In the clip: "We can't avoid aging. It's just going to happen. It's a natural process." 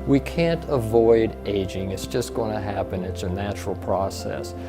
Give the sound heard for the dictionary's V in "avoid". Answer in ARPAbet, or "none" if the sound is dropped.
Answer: V